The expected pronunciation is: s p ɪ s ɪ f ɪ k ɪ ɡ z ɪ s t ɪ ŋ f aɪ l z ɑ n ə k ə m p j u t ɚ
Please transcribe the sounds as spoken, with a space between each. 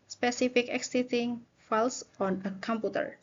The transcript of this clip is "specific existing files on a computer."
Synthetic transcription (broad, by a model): s p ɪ s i f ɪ k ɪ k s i t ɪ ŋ f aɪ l s ɑ n ə k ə m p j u t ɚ